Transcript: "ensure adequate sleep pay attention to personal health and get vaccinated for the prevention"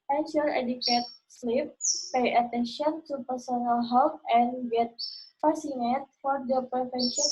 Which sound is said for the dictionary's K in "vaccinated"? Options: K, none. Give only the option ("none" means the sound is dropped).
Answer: none